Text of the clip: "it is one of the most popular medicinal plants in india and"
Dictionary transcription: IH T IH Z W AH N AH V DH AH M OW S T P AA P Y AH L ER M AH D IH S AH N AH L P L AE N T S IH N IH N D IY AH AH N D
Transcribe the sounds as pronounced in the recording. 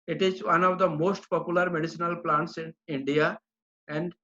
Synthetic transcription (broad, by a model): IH T IH Z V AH N AH V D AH M OW S T P AA P Y AH L ER M AH D IH S AH N AH L P L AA N T S IH N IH N D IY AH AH N D